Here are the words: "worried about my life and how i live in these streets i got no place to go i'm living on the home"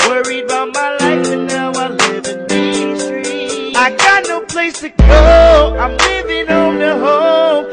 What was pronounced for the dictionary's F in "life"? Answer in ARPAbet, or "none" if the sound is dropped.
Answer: F